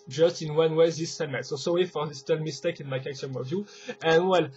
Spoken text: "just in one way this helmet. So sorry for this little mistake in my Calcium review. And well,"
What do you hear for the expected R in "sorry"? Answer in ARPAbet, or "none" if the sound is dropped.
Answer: W